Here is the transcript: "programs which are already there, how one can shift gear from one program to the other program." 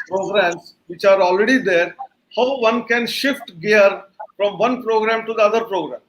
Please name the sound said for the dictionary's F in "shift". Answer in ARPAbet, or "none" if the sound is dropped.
F